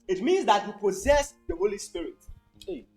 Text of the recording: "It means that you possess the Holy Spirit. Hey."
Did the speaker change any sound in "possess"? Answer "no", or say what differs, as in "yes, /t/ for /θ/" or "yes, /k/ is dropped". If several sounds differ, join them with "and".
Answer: no